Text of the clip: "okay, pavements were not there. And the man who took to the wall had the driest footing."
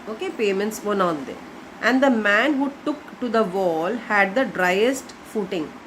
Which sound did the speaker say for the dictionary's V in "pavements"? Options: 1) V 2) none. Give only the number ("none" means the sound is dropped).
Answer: 2